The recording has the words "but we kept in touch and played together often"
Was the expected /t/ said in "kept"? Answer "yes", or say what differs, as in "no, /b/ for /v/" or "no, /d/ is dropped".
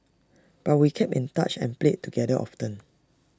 no, /t/ is dropped